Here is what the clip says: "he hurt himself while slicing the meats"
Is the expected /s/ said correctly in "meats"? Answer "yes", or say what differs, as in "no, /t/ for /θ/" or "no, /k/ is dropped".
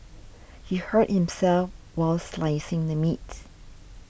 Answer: no, /s/ is dropped